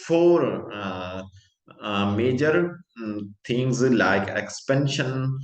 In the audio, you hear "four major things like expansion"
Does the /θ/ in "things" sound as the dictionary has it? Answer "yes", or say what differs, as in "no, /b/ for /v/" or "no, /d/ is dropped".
no, /t/ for /θ/